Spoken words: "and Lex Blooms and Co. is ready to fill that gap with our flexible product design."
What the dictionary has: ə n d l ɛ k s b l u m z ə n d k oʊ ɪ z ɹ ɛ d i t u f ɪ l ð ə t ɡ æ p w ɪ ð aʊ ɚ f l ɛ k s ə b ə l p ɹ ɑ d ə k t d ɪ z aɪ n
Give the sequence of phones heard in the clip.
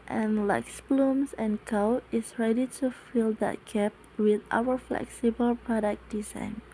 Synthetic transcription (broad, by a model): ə n l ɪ k s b l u m s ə n k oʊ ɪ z ɹ ɛ d i t u f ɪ l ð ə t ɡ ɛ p w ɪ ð aʊ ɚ f l ɛ k s ə b ə l p ɹ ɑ d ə k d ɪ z aɪ n